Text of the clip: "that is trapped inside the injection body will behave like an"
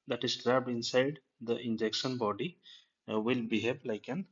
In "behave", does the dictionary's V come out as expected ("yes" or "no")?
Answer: no